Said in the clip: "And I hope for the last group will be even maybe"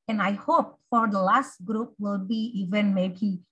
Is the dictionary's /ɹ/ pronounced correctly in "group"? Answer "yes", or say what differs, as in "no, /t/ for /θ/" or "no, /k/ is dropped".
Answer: yes